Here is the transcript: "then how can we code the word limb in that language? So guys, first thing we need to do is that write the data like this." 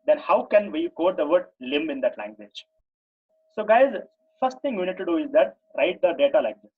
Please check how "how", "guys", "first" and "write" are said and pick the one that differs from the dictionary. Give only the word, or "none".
none